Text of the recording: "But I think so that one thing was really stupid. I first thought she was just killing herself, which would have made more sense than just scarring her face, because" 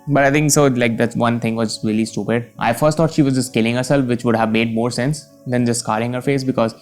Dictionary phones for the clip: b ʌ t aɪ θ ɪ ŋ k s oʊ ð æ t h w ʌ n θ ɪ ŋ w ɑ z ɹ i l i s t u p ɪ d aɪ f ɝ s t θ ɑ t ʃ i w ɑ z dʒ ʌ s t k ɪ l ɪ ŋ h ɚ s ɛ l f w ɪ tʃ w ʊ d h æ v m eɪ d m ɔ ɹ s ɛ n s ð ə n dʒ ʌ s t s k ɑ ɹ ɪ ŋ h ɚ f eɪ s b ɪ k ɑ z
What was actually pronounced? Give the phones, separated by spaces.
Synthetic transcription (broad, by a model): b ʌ t aɪ t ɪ ŋ k s oʊ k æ t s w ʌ n t ɪ ŋ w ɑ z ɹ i l i s t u p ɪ d aɪ f ɝ s t ɑ t ʃ i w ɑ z dʒ ʌ s t k ɪ l ɪ ŋ h ɚ s ɛ l f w ɪ tʃ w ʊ d h æ v m eɪ d m ɔ ɹ s ɛ n s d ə n dʒ ʌ s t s k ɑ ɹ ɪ ŋ h ɚ f eɪ s b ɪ k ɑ z